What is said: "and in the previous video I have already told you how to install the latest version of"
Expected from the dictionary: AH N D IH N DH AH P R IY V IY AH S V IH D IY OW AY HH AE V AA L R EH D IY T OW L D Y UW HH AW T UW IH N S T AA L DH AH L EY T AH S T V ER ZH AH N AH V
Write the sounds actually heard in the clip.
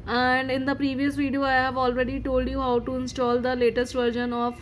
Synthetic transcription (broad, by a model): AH N D IH N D AH P R IY V IY AH S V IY D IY OW AY HH AE V AA L R EH D IY T OW L D Y UW HH AW T UW IH N S T AA L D AH L EY T AH S T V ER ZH AH N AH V